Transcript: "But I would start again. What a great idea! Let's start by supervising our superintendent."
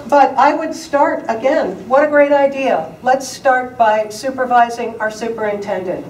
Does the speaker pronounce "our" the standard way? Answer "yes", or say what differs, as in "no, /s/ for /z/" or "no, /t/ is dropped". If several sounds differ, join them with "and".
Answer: yes